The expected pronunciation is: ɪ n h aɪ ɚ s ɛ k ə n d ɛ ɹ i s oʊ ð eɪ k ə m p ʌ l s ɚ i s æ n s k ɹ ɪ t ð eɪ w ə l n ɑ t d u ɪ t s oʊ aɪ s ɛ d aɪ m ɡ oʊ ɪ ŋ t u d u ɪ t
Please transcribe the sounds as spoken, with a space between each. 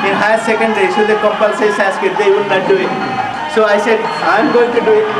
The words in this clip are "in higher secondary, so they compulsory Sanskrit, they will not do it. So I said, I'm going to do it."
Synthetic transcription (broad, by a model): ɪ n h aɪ s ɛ k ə n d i s oʊ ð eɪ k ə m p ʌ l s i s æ s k ɪ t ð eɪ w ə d n ɑ t d u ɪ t s oʊ aɪ s ɛ d aɪ m ɡ oʊ ɪ ŋ t u d u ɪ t